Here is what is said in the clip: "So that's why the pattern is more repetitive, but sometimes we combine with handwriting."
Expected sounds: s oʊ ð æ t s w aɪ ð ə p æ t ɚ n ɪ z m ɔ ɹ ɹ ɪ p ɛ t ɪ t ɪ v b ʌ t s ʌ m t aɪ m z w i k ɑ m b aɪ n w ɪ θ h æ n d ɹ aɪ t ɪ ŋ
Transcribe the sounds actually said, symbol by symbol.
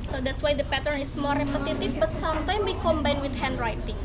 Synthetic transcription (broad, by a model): s oʊ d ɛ t s w aɪ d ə p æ t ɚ n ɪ s m ɔ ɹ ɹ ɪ p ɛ t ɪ t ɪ f b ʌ t s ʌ m t aɪ m w i k ɑ m b aɪ n w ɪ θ h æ n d ɹ aɪ t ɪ ŋ